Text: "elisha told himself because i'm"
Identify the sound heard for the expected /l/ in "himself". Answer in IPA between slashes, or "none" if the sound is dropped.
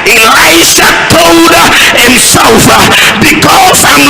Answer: none